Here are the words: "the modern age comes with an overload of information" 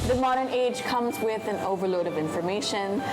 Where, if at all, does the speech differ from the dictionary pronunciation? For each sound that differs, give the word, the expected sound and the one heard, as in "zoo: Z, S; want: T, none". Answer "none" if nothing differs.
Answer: none